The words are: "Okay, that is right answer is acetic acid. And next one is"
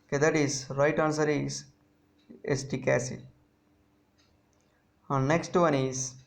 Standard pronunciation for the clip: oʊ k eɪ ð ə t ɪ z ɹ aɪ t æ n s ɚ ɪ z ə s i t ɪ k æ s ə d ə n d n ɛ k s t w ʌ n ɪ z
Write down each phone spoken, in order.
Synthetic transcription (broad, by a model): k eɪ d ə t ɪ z ɹ aɪ t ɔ n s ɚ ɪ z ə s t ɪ k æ s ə ə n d n ɛ k s t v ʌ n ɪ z